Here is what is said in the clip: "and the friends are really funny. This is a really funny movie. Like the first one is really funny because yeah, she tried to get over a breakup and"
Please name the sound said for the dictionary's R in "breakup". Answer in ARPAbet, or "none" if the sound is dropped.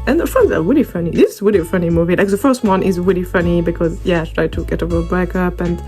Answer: none